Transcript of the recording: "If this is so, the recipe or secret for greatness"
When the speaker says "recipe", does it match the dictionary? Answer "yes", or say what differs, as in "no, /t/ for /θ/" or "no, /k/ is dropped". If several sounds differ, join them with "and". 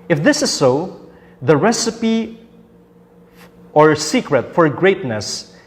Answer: yes